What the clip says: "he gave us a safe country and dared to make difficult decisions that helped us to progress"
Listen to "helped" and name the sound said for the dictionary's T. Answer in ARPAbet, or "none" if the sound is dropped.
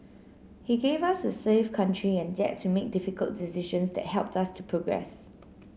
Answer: T